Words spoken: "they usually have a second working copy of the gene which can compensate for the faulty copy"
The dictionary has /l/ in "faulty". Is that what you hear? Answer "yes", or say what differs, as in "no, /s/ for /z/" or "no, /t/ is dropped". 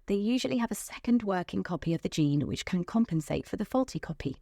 yes